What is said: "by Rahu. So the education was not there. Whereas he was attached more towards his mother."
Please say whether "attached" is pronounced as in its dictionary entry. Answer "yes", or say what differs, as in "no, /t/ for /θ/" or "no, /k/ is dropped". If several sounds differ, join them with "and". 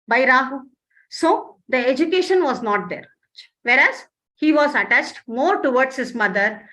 yes